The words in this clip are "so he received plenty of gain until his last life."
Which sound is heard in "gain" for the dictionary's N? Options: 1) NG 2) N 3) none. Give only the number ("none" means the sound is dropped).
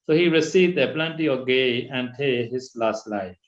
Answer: 3